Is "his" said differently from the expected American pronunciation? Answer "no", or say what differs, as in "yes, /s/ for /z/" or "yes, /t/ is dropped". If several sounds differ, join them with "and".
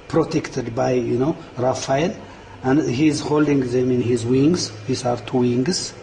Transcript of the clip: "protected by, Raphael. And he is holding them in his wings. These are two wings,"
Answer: no